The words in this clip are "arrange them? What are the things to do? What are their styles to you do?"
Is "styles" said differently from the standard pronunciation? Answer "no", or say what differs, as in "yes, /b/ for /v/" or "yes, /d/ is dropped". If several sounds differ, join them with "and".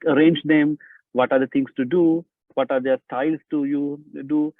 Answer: yes, /s/ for /z/